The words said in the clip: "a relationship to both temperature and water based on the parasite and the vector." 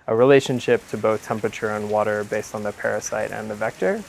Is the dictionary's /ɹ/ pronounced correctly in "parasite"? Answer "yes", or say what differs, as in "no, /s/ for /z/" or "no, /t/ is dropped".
yes